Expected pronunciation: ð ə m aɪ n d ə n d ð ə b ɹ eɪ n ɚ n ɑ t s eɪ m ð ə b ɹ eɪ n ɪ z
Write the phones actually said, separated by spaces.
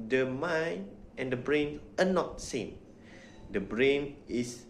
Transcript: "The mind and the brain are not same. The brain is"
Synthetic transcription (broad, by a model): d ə m aɪ n ə n d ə b ɹ eɪ n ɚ n ɑ t s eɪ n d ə b ɹ eɪ n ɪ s